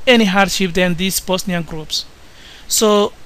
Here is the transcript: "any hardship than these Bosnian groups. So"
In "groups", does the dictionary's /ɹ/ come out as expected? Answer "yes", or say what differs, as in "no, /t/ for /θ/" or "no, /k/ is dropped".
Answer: yes